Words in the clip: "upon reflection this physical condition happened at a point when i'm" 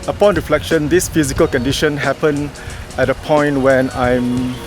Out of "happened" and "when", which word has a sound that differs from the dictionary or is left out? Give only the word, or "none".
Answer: happened